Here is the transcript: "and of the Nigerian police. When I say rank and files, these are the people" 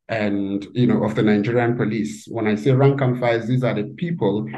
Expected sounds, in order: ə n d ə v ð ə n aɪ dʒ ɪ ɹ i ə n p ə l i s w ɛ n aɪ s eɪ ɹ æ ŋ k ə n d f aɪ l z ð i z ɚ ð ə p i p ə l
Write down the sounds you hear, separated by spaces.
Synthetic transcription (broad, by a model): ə n d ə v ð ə n aɪ dʒ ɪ ɹ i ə n p ə l i s w ɛ n aɪ s eɪ ɹ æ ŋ k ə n f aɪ z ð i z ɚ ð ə p i p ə l